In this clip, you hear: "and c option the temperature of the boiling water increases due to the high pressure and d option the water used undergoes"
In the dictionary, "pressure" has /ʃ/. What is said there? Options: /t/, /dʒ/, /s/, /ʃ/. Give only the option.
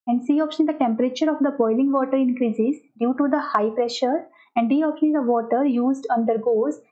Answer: /ʃ/